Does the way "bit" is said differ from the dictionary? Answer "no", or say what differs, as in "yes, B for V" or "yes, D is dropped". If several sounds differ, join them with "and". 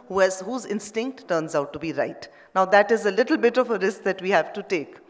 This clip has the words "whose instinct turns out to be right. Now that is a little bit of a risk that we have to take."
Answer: no